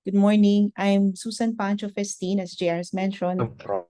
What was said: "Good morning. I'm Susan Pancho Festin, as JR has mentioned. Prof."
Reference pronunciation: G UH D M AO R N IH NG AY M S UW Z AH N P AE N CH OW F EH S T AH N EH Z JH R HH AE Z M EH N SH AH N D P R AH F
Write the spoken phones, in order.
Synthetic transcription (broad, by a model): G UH D M AO R N IH NG AY M S UW S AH N P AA N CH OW F EH S T AH N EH S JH R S M EH N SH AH N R